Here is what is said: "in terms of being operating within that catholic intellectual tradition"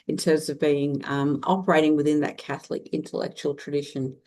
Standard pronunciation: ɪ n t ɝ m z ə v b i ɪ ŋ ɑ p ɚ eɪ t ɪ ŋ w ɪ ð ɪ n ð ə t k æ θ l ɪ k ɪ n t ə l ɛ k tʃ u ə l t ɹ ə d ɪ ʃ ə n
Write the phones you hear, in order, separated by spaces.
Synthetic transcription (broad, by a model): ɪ n t ɝ m z ə v b i ɪ ŋ ɑ p ɚ eɪ t ɪ ŋ w ɪ ð ɪ n ð ə t k æ θ l ɪ k ɪ n t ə l ɛ k tʃ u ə l t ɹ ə d ɪ ʃ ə n